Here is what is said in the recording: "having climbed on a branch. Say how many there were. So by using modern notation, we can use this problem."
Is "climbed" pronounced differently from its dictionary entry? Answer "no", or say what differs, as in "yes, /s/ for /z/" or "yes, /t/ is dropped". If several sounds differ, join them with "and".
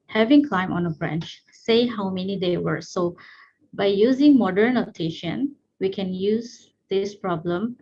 yes, /d/ is dropped